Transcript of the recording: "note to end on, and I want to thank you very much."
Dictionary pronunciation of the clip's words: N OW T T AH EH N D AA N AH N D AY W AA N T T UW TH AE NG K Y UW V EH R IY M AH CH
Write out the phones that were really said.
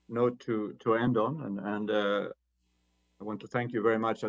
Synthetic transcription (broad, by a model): N OW T T AH EH N D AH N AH N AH AY W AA N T T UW TH AE NG K Y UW V EH R IY M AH CH